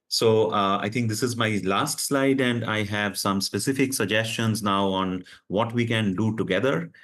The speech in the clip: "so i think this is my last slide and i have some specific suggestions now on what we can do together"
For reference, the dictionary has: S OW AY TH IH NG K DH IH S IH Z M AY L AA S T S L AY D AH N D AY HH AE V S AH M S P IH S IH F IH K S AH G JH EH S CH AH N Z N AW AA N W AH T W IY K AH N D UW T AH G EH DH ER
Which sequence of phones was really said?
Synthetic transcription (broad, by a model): S OW AY T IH NG K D IH S IH Z M AY L AA S T S L AY D AH N D AY HH AE V S AH M S P IH S IH F IH K S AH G JH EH S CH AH N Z N AW AA N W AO T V IY K AH N D UW T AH G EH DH ER